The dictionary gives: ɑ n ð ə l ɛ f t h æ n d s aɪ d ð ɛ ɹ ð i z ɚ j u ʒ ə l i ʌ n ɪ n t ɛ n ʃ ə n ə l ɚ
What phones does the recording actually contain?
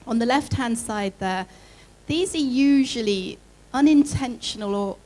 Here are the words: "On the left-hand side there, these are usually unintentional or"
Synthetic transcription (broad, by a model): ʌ n ð ə l ɛ f t h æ n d s aɪ d ð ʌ ð i z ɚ j u ʒ ə l i ʌ n ɪ n t ɛ n ʃ ə n ə l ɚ